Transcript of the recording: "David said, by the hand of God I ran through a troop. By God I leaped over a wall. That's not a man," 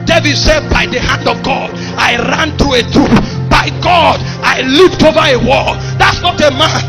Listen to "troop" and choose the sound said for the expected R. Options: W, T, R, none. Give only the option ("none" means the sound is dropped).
none